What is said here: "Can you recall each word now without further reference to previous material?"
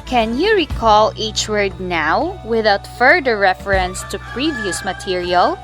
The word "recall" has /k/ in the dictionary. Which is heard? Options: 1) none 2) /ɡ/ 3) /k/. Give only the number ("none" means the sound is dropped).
3